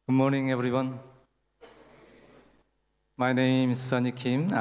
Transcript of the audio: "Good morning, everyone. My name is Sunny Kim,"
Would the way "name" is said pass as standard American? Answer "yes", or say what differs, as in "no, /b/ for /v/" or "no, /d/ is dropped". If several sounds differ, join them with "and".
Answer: no, /m/ is dropped